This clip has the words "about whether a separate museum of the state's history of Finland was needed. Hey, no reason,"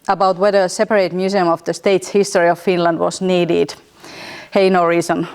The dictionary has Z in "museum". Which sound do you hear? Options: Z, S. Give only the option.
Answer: S